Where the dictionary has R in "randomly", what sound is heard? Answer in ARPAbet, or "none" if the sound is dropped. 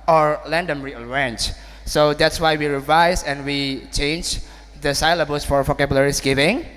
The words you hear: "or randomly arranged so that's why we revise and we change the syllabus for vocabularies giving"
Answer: L